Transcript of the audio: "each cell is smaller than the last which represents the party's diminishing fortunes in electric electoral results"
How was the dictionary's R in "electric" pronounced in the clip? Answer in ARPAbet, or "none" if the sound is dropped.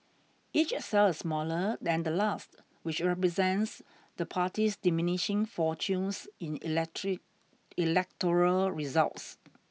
none